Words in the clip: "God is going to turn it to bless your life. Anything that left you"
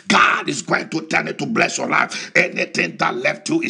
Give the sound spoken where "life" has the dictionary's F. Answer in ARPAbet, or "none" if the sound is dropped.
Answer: F